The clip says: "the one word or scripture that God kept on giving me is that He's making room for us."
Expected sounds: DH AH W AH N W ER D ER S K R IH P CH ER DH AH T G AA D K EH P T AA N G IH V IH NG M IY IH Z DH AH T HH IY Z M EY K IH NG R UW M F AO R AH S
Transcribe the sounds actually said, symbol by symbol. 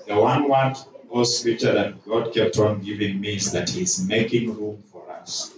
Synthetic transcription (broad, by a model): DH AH W AH N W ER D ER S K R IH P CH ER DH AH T G AA D K EH P T AA N G IH V IH NG M IY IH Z DH AH T HH IY Z M EY K IH NG R UW M F AO R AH S